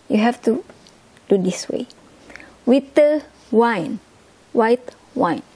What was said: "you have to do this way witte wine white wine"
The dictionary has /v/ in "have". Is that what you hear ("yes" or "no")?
no